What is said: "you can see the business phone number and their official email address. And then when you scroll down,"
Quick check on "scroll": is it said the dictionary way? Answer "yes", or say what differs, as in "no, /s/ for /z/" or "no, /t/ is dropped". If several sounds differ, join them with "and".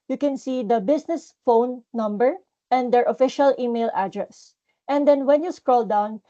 yes